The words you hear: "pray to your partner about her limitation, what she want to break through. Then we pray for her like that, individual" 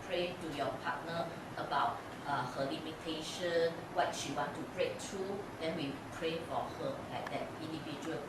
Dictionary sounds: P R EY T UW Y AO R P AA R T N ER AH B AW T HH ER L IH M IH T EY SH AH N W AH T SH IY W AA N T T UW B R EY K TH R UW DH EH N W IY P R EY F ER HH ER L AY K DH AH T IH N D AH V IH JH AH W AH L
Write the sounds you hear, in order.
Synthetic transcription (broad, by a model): P R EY T UW Y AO P AA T N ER AH B AW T HH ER L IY M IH T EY SH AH N W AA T SH IY W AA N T T UW B R EY K T R UW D EH N W IY P R EY F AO HH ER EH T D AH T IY N D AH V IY JH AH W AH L